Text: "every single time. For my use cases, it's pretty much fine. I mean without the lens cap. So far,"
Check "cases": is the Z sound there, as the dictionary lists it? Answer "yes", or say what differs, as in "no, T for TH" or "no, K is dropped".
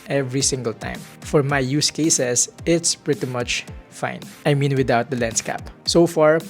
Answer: no, S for Z